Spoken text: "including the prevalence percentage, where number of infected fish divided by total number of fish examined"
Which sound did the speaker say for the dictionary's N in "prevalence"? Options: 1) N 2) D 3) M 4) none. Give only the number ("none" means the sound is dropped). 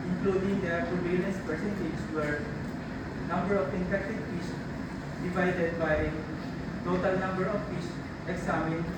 4